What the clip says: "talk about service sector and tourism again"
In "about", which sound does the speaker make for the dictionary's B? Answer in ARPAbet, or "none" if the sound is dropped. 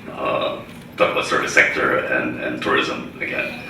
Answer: none